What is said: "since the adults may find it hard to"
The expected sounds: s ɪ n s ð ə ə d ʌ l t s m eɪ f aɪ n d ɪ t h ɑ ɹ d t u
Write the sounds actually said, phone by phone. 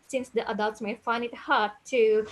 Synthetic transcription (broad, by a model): s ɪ n s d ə ə d ʌ l t s m eɪ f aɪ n ɪ t h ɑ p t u